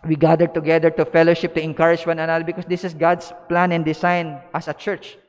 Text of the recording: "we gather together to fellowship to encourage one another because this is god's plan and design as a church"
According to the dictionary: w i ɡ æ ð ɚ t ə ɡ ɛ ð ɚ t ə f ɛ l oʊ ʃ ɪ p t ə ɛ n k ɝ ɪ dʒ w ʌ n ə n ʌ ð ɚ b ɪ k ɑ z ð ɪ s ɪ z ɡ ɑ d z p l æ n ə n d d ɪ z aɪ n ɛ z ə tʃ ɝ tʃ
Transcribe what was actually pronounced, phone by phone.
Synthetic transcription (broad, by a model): w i ɡ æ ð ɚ t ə ɡ ɛ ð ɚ t ə f ɛ l oʊ ʃ ɪ p t ə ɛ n k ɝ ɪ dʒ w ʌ n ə n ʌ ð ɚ b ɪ k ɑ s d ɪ s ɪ s ɡ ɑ d s p l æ n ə n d d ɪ s aɪ n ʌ s ə tʃ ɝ tʃ